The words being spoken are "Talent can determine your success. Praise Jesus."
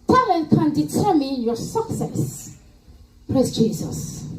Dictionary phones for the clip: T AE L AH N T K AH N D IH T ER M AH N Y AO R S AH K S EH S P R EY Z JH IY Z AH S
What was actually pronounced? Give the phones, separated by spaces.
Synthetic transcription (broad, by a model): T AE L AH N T K AH N D IH T ER M AH N Y AO R S AH K S EH S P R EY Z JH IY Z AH S